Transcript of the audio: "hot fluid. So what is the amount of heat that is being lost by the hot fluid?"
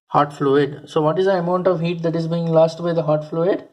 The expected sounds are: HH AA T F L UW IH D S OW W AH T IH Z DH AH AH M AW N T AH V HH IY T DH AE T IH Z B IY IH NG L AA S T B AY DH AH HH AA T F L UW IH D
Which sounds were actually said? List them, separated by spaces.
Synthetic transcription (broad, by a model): HH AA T F L UW IH D S OW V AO T IH Z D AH AH M AW N T AH V HH IY T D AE T IH Z B IY IH NG L AA S T B AY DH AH HH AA T F L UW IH D